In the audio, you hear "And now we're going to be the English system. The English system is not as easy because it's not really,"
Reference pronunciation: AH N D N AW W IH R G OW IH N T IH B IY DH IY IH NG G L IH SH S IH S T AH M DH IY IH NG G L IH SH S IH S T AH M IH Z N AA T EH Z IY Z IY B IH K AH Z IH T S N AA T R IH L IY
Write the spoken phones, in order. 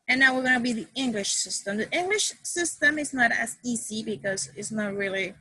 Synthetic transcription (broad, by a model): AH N N AW W IH R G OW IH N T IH B IY DH IY IH NG G L IH SH S IH S T AH M DH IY IH NG G L IH SH S IH S T AH M IH Z N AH T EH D IY S IY B IH K AH Z IH T S N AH T R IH L IY